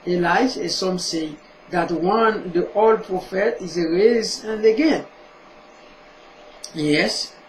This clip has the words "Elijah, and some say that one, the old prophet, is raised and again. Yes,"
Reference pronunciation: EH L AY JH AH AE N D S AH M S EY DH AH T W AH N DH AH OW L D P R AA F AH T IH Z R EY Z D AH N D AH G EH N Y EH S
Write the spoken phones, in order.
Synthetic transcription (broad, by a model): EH L AY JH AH S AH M S EY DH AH T W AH N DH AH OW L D P R AA F AH T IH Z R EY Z AH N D AH G EH N Y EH S